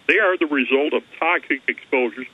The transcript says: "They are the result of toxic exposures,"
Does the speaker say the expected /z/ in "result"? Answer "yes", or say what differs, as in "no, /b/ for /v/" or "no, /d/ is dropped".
yes